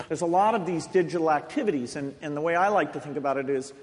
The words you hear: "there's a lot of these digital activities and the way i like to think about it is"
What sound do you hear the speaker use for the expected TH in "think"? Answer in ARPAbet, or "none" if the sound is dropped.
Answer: TH